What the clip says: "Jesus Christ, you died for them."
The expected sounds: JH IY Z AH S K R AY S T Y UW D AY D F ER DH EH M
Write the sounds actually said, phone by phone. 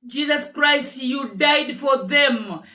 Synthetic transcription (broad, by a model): JH IY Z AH S K R AY S T Y UW D AY D F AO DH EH M